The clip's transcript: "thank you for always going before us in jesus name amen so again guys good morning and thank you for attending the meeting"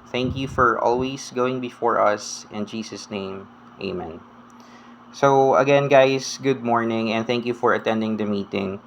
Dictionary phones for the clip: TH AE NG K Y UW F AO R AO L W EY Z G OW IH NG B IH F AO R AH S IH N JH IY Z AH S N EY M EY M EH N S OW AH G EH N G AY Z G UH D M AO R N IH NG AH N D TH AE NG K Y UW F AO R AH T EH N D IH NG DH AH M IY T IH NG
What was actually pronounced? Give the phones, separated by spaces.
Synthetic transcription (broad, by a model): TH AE NG K Y UW F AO R AO L W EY S G OW IH NG B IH F AO R AH S IH N JH IY S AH S N EY M EY M EH N S OW AH G EH N G AY S G UH D M AO R N IH NG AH N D TH AE NG K Y UW F AO R AH T EH N D IH NG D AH M IY T IH NG